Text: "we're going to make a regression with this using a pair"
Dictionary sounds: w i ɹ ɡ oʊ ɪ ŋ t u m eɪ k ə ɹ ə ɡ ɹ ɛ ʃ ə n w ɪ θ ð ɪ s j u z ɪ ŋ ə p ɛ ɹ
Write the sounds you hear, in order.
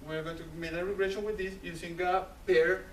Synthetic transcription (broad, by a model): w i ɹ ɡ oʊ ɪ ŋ t u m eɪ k ə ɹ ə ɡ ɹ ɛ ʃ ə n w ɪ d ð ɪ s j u s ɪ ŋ ə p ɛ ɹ